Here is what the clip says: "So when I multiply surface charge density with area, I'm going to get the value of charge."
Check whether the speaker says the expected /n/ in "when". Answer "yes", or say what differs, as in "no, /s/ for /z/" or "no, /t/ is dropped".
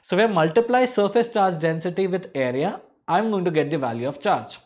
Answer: no, /n/ is dropped